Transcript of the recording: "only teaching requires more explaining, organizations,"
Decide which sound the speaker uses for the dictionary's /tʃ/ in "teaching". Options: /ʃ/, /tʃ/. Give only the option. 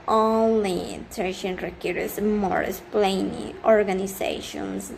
/ʃ/